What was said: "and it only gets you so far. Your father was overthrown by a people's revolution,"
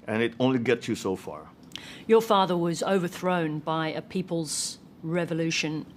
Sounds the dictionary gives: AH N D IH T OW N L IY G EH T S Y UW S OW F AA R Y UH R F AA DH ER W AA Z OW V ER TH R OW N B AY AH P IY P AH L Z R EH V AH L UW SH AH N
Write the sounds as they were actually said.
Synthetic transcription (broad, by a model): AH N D IH T OW N L IY G EH T S Y UW S OW F AA R Y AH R F AA DH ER W AA Z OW V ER TH R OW N B AY AH P IY P AH L Z R EH V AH L UW SH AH N